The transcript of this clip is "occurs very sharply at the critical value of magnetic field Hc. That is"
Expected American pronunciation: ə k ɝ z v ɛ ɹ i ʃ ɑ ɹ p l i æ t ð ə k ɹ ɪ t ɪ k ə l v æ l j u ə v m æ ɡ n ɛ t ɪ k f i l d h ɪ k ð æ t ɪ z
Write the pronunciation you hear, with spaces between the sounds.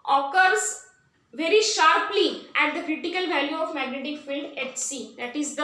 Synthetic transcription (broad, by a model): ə k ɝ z v ɛ ɹ i ʃ ɑ ɹ p l i æ t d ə k ɹ ɪ t ɪ k ə l v æ l j u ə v m æ ɡ n ɛ t ɪ k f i l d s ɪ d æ t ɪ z